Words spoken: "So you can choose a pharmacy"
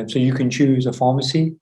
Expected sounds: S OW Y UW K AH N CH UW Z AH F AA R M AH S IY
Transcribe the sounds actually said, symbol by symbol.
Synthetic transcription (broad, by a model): S OW Y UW K AH N CH UW Z AH F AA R M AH S IY